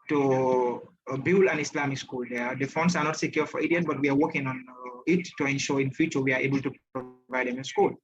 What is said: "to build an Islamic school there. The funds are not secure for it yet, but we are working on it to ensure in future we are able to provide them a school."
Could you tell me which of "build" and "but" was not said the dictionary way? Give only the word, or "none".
build